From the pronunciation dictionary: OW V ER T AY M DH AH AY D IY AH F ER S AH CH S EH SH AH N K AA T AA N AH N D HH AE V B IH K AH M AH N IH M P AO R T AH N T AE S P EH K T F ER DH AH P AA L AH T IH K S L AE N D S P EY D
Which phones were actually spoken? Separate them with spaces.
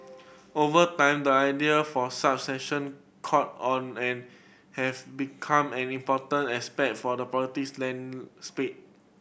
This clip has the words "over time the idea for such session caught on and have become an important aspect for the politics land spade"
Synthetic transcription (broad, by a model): OW V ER T AY M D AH AY D IY AH F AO S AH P S EH SH AH N K AA T AA N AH N HH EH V B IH K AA M AH N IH M P AO T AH N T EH S P EH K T F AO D AH P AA AH T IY S L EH N S P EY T